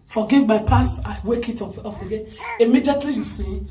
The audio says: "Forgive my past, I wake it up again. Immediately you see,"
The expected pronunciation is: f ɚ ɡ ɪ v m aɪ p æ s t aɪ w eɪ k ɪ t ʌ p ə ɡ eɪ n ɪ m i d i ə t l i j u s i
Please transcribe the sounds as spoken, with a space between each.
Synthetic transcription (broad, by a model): f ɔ ɡ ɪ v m aɪ p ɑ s aɪ w eɪ k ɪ t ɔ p ə ɡ eɪ n ɪ m i d i ə t l i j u s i